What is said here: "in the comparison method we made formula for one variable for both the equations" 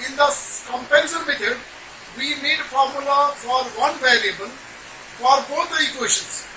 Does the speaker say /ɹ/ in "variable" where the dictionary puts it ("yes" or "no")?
no